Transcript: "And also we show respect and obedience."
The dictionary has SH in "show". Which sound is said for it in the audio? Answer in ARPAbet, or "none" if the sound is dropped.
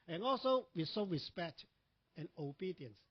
S